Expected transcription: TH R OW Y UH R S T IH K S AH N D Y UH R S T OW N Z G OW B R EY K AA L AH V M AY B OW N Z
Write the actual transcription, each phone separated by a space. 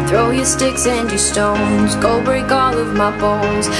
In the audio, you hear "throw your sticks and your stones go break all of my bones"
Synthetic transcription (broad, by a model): TH R OW Y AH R S T IH K S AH N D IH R S T OW N Z G OW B EY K AA L AH V M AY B OW N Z